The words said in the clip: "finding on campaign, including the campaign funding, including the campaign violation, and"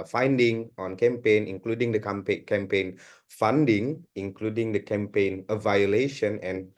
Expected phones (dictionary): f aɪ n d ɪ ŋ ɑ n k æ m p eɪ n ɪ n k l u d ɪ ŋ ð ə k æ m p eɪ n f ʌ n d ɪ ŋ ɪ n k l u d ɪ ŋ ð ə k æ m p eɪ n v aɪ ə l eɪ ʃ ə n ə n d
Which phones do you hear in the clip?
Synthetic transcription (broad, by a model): f aɪ n d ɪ ŋ ɑ n k æ m p eɪ n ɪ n k l u d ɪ ŋ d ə k æ m p eɪ n f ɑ n d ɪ ŋ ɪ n k l u d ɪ ŋ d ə k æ m p eɪ n v aɪ ə l eɪ ʃ ə n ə n